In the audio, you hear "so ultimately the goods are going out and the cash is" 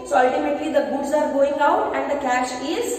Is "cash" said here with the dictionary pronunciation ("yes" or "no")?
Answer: yes